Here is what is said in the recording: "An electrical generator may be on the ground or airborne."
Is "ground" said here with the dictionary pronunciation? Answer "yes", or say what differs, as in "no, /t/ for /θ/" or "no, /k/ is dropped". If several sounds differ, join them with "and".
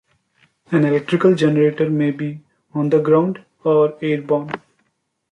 yes